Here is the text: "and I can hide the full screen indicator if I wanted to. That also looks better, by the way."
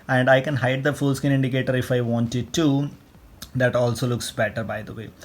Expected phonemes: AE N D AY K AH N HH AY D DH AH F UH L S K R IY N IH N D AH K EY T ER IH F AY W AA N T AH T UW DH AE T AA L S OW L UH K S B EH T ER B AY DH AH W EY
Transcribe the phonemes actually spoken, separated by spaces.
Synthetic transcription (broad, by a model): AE N D AY K AH N HH AY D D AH F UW L S K IY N IH N D AH K EY T ER IH F AY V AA N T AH T UW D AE T AA L S OW L UH K S B EH T ER B AY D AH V EY